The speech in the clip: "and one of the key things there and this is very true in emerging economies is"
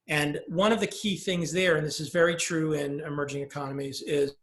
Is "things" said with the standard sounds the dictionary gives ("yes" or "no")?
yes